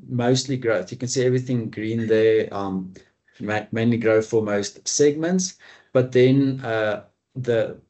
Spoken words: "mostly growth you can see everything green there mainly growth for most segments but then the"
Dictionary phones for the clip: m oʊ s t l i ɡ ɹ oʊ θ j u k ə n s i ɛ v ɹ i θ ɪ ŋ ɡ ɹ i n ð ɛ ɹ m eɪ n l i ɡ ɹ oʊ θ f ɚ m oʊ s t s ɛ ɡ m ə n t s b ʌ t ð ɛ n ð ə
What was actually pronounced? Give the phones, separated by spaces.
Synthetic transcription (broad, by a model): m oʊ s t l i ɡ ɹ oʊ θ j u k ə n s i ɛ v ɹ i θ ɪ ŋ ɡ ɹ i n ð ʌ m m eɪ n l i ɡ ɹ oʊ f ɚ m oʊ s t s ɛ ɡ m ə n t s b ʌ t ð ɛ n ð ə